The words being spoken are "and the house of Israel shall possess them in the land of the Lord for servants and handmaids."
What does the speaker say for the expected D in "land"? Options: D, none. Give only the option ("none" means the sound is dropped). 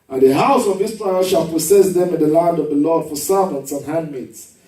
D